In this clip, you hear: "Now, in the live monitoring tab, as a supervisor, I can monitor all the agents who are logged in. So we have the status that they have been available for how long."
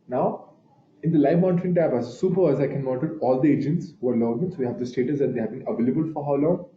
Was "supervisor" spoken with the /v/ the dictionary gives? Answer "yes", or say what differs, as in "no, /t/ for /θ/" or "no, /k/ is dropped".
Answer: no, /v/ is dropped